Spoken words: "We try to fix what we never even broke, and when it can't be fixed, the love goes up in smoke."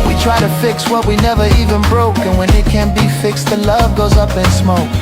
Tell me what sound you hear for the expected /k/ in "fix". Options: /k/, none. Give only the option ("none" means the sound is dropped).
/k/